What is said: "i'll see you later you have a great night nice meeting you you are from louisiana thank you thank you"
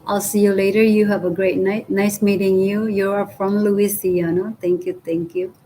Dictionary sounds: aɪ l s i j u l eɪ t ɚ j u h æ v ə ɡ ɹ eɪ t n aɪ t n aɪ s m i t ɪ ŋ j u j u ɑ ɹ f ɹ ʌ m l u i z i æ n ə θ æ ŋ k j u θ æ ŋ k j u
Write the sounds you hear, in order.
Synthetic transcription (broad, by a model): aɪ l s i j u l eɪ t ɚ j u h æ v ə ɡ ɹ eɪ t n aɪ t n aɪ s m i t ɪ ŋ j u j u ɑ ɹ f ɹ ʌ m l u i s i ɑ n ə t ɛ ŋ k j u t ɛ ŋ k j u